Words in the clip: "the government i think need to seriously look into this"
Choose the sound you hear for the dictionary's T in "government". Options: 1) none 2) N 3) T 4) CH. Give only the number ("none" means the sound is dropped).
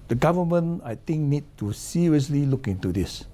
1